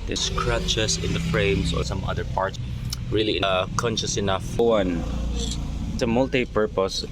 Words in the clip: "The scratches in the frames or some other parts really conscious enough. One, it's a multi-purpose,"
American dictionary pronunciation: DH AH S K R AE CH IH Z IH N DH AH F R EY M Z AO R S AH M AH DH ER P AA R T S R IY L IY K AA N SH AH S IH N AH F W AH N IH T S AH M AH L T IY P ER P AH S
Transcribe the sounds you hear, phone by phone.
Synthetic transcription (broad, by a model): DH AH S K R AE CH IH S IH N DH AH F R EY M S AO R S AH M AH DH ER P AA R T R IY L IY K AA N SH AH S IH N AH F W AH N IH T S AH M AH L T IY P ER P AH S